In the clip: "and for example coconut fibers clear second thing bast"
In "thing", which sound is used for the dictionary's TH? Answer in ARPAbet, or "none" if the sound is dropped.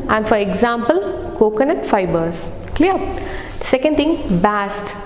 T